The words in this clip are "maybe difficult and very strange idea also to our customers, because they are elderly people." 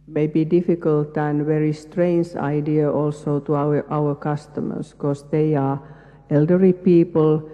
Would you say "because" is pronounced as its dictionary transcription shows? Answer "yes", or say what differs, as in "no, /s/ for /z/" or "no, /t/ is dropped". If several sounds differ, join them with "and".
no, /s/ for /z/